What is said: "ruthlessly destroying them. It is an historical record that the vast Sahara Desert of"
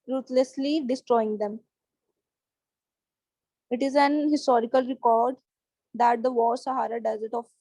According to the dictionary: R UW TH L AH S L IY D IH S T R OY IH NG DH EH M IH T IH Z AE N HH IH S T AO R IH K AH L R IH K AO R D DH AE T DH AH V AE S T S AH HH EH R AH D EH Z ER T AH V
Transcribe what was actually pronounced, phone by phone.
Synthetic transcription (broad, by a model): R UW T L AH S L IY D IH S T R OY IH NG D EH M IH T IH Z AE N HH IH S T AO R IH K AH L R IH K AO R D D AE T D AH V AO T S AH HH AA R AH D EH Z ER T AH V